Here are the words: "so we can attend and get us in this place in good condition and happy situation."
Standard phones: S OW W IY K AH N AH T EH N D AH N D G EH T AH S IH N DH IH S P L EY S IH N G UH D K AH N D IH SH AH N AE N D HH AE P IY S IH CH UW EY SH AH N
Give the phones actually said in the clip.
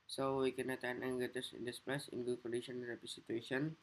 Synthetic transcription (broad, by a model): S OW W IY K AH N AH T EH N AH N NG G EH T AH S IH N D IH S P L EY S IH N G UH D K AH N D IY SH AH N N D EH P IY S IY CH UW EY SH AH N